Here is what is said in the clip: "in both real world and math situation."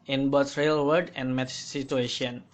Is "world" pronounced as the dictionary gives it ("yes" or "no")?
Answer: no